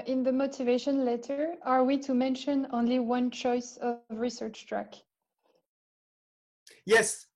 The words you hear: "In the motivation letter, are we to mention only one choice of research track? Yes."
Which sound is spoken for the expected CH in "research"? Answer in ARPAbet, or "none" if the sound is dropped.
CH